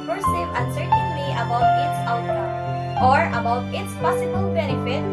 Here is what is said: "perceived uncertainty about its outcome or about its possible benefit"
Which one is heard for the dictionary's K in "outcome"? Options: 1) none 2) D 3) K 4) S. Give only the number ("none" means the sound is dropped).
1